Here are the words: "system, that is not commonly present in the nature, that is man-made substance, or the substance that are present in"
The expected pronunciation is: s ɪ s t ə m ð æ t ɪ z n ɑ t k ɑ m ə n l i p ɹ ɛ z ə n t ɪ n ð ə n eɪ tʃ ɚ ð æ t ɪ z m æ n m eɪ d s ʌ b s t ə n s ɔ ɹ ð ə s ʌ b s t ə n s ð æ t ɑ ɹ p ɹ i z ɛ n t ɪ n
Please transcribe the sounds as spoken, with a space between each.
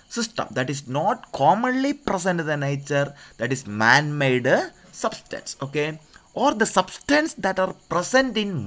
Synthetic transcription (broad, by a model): s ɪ s t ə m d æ t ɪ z n ɑ t k ɑ m ə n l i p ɹ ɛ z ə n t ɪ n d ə n eɪ tʃ ɚ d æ t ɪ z m æ n m eɪ d s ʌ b s t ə n s ɔ ɹ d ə s ʌ b s t ə n s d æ t ɑ ɹ p ɹ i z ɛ n t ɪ n